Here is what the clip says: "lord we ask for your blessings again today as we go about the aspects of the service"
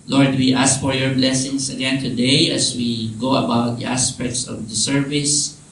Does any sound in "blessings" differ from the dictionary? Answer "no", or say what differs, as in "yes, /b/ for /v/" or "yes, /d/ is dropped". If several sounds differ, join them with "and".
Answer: yes, /s/ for /z/